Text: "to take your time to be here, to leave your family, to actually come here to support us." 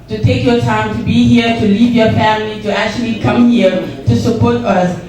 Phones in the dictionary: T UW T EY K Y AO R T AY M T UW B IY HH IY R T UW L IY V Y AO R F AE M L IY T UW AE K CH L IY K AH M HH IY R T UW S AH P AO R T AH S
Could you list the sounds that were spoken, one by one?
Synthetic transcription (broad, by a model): T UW T EY K Y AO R T AY M T UW B IY HH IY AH T UW L IY V Y AO R F AE M L IY T UW AE K CH L IY K AH M HH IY R T UW S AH P AO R T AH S